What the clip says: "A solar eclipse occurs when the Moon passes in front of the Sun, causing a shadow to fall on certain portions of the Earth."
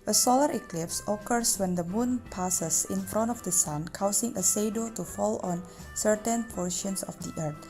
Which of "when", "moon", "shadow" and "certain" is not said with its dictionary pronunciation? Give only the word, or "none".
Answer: shadow